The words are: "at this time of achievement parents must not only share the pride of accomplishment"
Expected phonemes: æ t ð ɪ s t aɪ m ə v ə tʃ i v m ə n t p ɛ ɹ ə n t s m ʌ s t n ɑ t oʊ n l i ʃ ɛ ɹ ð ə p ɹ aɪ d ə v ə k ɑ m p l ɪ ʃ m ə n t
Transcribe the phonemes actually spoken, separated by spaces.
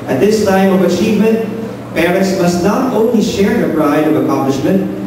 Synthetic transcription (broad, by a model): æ t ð ɪ s t aɪ m ə v ə tʃ i v m ə n t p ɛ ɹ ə t s m ʌ s t n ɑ t oʊ n l i ʃ ɛ ɹ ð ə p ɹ aɪ d ə v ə k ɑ m p l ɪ ʃ m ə n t